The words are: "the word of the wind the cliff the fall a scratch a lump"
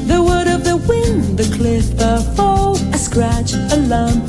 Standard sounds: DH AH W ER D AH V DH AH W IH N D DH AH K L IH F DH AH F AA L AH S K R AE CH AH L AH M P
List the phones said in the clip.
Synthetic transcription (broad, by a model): DH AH W ER D AH V DH AH W IH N DH AH K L IH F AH F AA L AH S K R AE CH AH L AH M